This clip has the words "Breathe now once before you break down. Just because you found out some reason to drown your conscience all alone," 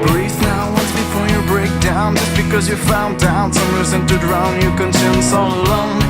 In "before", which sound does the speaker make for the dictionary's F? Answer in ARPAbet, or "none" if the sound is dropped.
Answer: F